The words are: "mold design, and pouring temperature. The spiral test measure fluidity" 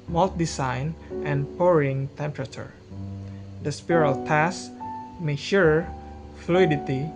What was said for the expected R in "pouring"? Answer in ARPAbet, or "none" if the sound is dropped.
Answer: R